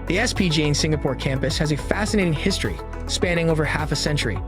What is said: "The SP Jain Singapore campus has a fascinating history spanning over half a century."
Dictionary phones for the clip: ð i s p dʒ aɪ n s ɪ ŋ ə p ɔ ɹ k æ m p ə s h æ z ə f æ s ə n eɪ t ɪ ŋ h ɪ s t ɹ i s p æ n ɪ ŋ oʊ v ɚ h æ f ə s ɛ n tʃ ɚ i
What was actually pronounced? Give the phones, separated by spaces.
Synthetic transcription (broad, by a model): ð i s p dʒ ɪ n s ɪ ŋ ə p ɔ ɹ k æ m p ə s h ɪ z ə f æ s ə n eɪ t ɪ ŋ h ɪ s t ɹ i s p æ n ɪ ŋ oʊ v ɚ h æ f ə s ɛ n tʃ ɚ i